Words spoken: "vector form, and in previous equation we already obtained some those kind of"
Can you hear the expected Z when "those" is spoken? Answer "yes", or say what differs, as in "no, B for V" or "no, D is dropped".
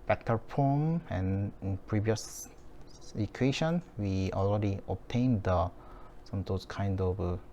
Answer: no, S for Z